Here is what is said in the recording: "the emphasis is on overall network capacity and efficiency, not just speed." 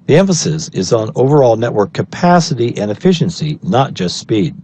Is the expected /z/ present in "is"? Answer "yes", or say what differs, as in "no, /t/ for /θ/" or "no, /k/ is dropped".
yes